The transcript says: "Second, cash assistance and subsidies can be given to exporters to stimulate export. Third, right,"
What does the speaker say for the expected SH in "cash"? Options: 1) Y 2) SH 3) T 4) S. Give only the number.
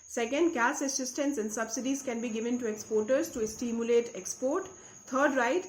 4